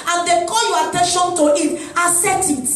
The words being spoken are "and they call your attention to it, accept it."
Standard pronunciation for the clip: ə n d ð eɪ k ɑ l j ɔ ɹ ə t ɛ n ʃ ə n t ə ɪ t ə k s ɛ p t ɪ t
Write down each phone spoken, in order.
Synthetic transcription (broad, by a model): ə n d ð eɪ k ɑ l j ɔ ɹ ə t ɛ n ʃ ə n t ə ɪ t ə s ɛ t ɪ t